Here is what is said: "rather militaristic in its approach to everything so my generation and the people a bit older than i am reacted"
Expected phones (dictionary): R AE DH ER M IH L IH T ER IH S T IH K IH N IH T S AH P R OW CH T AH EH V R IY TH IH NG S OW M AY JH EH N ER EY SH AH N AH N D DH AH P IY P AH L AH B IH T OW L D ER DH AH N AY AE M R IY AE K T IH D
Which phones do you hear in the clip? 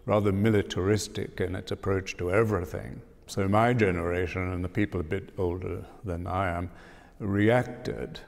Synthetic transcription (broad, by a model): R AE DH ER M IH L IH T ER IH S T IH K IH N IH T S AH P R OW CH T AH EH V R IY TH IH NG S OW M AY JH EH N ER EY SH AH N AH N DH AH P IY P L AH B IH T OW L D ER DH AH N AY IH M R IY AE K T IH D